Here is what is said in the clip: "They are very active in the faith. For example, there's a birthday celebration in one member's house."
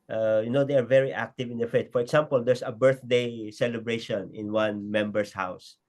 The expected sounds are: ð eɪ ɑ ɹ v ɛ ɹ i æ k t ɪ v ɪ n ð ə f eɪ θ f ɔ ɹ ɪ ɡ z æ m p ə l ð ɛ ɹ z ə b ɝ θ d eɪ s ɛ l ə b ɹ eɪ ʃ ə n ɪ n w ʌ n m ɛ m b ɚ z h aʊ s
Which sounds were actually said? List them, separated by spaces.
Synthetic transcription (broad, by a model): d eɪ ɑ ɹ v ɛ ɹ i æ k t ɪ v ɪ n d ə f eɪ t f ɔ ɹ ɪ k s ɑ m p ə l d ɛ ɹ s ə b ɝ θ d eɪ s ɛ l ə b ɹ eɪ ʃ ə n ɪ n w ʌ n m ɛ m b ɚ s h aʊ s